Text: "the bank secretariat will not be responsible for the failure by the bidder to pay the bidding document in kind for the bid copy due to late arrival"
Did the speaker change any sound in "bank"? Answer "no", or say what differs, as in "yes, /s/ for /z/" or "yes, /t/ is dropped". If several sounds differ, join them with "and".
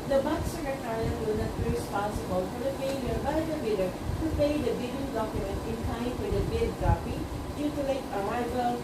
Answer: yes, /ŋ/ is dropped